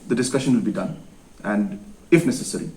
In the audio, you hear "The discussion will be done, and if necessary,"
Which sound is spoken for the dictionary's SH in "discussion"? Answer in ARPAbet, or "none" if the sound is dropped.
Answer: SH